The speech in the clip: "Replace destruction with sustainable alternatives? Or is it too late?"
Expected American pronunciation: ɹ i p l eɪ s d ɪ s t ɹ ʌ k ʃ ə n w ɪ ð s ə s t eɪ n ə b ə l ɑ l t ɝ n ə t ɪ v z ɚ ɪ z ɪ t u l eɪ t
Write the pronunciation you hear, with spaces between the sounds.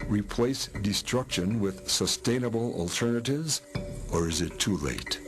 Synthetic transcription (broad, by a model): ɹ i p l eɪ s d ɪ s t ɹ ʌ k ʃ ə n w ɪ ð s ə s t eɪ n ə b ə l ɑ l t ɝ n ə t ɪ v z ɚ ɪ z ɪ t u l eɪ t